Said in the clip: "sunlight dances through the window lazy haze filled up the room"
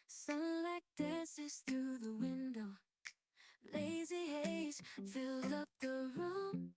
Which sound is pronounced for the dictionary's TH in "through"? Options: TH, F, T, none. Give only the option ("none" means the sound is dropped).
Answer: TH